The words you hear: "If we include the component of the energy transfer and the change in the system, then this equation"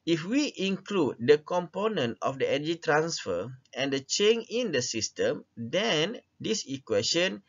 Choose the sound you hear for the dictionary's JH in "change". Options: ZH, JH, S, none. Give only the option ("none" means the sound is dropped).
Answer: none